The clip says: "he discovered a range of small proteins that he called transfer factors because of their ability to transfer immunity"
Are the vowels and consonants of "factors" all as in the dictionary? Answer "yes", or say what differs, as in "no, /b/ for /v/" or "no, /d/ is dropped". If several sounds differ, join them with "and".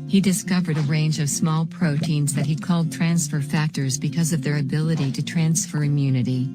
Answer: yes